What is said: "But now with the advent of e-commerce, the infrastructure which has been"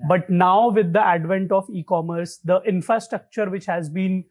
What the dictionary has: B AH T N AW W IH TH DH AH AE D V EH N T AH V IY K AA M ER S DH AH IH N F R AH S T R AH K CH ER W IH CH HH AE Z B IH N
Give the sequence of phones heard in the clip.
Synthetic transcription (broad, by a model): B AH T N AW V IH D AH AE D V EH N T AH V IY K AA M ER S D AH IH N F R AH S T R AH K CH ER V IH CH HH AE Z B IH N